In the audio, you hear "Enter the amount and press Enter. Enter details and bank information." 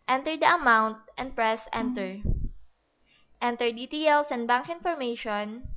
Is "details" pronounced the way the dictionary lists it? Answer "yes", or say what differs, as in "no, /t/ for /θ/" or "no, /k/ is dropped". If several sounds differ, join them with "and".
no, /s/ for /z/